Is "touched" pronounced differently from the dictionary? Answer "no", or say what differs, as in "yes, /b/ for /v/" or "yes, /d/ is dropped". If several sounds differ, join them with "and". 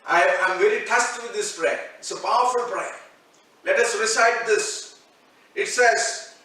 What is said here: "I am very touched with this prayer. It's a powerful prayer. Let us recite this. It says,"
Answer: yes, /s/ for /tʃ/